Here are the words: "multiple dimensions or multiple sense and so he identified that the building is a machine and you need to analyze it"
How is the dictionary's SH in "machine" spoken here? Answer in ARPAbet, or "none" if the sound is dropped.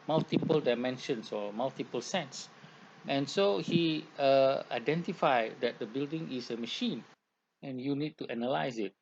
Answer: SH